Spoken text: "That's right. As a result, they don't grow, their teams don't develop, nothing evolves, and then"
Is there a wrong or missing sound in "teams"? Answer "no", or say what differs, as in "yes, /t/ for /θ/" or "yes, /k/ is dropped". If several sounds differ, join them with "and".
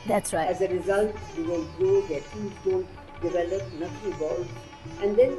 yes, /m/ is dropped